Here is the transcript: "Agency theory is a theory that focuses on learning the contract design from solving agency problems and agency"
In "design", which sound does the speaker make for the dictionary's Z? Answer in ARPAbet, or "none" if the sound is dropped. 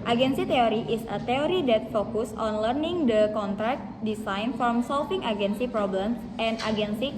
S